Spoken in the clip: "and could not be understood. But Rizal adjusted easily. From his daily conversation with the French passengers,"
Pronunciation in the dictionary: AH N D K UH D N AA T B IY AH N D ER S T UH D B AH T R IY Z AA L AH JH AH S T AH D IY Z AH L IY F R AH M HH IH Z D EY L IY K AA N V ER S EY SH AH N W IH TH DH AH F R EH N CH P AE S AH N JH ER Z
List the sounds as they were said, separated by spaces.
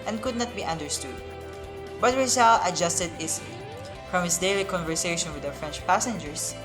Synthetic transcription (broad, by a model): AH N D K UH D N AA T B IY AH N D ER S T UH D B AH T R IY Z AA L AH JH AH S T AH D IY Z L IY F R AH M HH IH S D EY L IY K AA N V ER S EY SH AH N W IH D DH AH F R EH N CH P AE S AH N JH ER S